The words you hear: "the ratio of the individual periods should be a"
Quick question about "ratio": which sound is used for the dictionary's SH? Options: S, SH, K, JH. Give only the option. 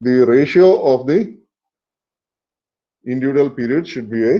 SH